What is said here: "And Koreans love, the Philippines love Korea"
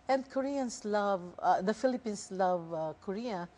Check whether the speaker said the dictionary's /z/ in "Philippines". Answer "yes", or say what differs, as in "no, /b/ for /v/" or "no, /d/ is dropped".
no, /s/ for /z/